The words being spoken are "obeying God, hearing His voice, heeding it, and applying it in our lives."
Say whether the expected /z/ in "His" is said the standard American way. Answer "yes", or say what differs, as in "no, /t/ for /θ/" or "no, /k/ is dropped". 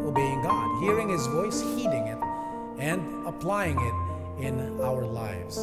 yes